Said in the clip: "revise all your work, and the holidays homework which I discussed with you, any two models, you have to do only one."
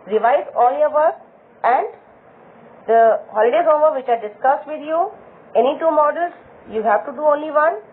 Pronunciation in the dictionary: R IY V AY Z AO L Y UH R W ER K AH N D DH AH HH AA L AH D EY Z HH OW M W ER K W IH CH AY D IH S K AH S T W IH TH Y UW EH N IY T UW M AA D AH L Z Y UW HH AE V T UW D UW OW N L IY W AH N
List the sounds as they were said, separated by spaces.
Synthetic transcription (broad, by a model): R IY V AY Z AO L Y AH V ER AH N D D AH HH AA L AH D EY HH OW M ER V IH CH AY D IH S K AH S T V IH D Y UW EH N IY T UW M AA D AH L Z Y UW HH AE V T UW D UW OW N L IY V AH N